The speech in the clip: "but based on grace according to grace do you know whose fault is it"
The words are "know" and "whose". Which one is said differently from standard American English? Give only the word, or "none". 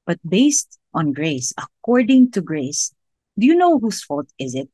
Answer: whose